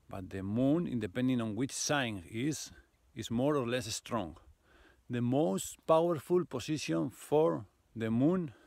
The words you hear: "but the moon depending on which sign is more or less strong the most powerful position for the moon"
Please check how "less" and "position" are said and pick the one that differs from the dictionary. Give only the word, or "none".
position